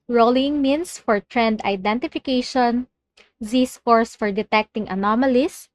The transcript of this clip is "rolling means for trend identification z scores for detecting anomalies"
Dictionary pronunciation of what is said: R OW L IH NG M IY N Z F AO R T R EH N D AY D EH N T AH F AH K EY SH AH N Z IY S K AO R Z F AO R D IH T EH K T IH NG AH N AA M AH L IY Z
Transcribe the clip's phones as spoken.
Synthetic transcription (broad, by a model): R OW L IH NG M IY N S F AO R T R EH N D AY D EH N T AH F AH K EY SH AH N Z IY S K AO R S F AO R D IH T EH K T IH NG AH N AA M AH L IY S